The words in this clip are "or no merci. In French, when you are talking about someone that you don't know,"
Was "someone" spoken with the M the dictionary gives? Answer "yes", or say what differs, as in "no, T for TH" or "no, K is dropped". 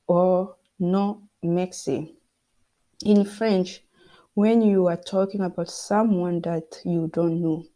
yes